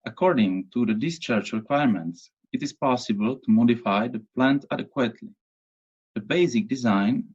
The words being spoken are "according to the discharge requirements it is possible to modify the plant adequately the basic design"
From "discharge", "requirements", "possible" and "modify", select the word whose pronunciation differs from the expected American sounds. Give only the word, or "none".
discharge